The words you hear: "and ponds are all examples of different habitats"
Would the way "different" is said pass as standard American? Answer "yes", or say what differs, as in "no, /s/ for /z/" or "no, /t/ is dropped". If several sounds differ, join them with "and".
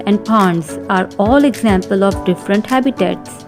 yes